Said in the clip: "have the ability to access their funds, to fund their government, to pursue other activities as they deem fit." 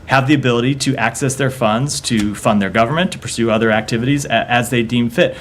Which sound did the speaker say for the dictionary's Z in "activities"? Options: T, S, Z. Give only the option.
Z